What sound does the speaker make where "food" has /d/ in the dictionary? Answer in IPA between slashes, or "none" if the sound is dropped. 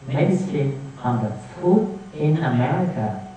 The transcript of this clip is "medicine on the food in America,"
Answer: none